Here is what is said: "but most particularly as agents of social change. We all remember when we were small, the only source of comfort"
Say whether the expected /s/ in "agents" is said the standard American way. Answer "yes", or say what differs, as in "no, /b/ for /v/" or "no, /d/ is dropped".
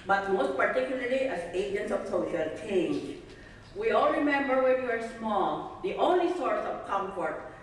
yes